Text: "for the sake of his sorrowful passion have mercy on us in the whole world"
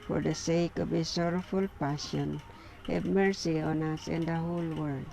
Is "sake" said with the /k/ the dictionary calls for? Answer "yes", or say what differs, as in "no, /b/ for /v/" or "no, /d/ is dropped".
yes